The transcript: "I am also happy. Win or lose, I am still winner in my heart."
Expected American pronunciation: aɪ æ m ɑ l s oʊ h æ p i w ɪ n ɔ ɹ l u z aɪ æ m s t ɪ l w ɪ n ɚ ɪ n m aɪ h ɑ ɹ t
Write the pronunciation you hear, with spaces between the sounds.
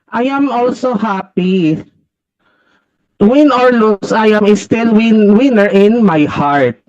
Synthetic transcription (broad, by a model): aɪ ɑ m ɑ l s oʊ h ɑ p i w ɪ n ɔ ɹ l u s aɪ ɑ m s t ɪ l w ɪ n ɚ ɪ n m aɪ h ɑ ɹ t